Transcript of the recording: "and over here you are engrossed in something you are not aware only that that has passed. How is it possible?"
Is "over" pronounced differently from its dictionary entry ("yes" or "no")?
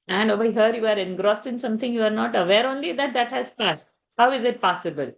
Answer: yes